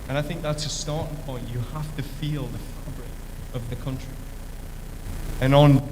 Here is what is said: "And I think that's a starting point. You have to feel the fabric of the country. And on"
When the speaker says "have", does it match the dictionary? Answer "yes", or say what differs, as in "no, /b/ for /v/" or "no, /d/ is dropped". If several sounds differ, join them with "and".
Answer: no, /f/ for /v/